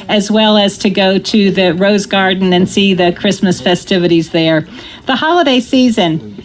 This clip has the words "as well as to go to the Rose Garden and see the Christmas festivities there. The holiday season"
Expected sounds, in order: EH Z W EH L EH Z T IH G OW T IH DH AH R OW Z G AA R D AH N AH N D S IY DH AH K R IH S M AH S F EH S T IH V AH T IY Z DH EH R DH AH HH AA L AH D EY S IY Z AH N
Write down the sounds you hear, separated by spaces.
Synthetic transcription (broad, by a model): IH Z W EH L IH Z T IH G OW T IH DH AH R OW Z G AA R D N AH N S IY DH AH K R IH S M AH S F EH S T IH V AH T IY Z DH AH R DH AH HH AA L AH D EY S IY Z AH N